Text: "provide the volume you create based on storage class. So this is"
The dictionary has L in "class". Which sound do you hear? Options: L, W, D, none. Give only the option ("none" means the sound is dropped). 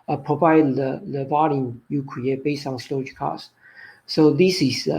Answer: none